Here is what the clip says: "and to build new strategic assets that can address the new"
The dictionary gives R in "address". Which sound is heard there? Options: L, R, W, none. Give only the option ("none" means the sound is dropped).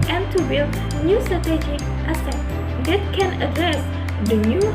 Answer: none